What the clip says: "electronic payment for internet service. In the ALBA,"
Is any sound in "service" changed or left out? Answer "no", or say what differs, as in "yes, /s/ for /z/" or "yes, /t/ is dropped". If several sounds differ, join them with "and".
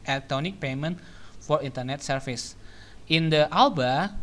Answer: yes, /f/ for /v/